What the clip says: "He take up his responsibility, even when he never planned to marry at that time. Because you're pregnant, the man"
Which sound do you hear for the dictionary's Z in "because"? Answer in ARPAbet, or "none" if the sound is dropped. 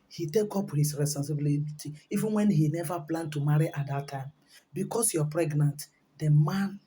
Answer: S